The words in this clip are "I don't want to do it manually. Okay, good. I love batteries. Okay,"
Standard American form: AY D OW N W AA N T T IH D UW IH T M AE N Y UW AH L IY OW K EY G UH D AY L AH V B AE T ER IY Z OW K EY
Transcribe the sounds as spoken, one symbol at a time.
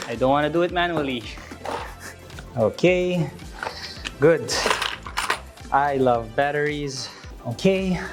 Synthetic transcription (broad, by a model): AY D OW N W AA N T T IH D UW IH T M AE N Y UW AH L IY OW K EY G UH D AY L AH V B AE T ER IY Z OW K EY